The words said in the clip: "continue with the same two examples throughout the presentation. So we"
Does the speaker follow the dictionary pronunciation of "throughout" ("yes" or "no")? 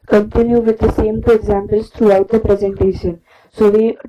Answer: no